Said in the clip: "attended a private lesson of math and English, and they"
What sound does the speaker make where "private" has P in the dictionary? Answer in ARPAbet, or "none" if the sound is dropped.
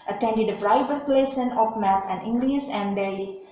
F